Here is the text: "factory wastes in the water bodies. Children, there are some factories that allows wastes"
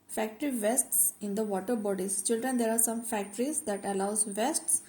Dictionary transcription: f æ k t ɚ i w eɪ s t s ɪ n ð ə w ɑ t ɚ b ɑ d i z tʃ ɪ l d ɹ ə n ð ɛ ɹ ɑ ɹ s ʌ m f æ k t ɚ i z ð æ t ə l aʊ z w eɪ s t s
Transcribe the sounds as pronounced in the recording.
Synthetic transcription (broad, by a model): f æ k t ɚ i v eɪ s t s ɪ n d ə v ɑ t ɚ b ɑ d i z tʃ ɪ l d ɹ ə n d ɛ ɹ ɑ ɹ s ʌ m f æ k t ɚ i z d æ t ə l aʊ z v eɪ s t s